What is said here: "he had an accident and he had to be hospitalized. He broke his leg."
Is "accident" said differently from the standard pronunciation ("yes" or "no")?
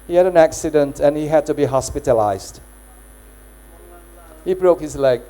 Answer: no